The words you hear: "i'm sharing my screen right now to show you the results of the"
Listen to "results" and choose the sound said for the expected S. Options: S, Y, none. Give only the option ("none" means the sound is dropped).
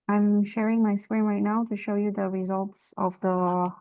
S